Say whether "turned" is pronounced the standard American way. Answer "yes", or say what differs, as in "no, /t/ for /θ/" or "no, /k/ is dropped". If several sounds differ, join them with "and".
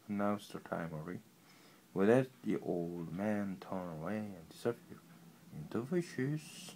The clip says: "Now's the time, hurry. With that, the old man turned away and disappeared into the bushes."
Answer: no, /d/ is dropped